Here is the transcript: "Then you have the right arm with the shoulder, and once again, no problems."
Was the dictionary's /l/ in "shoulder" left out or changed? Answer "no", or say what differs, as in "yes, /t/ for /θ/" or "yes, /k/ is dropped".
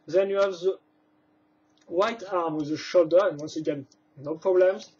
no